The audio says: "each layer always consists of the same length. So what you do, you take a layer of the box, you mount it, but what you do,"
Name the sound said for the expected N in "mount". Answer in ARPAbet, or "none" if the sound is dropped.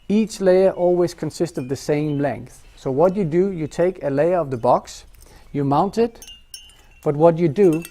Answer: N